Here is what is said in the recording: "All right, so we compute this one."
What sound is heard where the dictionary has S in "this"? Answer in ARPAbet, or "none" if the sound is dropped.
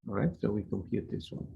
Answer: S